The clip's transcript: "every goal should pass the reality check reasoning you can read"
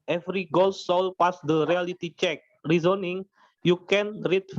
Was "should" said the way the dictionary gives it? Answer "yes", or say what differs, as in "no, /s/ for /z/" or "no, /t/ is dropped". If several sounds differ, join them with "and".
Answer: no, /s/ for /ʃ/